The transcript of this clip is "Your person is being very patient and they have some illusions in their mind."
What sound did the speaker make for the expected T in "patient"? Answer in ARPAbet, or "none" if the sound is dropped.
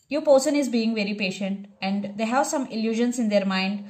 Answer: T